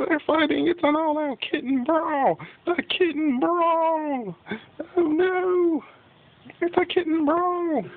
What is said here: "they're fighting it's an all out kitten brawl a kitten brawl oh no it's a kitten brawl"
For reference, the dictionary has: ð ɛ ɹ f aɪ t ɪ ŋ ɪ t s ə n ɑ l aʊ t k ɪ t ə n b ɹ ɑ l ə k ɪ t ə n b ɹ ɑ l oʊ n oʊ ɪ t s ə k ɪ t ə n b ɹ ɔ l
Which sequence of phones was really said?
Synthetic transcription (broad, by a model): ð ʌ ɹ f aɪ t ɪ ŋ ɪ t s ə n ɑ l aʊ k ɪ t n b ɹ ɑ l ə k ɪ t n b ɹ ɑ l oʊ n oʊ ɪ t s ə k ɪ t n b ɹ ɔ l